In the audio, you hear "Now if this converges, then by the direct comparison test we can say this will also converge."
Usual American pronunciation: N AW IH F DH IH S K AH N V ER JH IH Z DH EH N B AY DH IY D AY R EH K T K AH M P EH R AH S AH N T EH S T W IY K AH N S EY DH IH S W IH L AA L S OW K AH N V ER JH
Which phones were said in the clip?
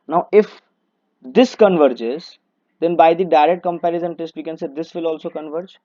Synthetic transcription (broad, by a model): N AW IH F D IH S K AH N V ER JH IH Z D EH N B AY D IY D AY R EH K T K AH M P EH R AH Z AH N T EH S T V IY K AH N S EY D IH S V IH L AA L S OW K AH N V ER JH